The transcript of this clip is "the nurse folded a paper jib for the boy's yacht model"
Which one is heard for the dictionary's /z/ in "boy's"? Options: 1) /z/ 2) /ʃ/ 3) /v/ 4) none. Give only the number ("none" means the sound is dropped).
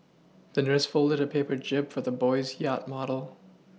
1